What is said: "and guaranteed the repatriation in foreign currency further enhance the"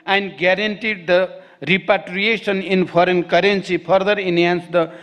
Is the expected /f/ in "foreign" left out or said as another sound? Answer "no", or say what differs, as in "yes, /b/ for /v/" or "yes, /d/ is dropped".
yes, /p/ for /f/